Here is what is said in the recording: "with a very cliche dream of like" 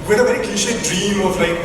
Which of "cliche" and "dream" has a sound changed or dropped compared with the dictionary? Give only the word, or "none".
cliche